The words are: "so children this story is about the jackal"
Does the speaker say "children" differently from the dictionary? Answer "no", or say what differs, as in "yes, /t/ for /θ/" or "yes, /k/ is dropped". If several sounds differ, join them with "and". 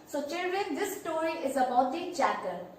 no